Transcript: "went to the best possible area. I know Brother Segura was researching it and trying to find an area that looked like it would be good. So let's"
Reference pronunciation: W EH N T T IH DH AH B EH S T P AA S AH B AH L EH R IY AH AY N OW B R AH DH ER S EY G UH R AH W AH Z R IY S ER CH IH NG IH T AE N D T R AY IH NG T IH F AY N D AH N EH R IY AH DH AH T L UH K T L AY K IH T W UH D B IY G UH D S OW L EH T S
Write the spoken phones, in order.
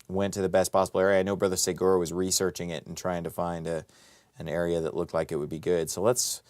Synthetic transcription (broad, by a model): W EH N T T IH DH AH B EH S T P AA S AH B L EH R IY AH AY N OW B R AH DH ER S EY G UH R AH W AH Z R IY S ER CH IH NG IH T N T R AY IH NG T IH F AY N D AH N EH R IY AH DH AH T L UH K T L AY K IH T W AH D B IY G UH D S OW L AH T S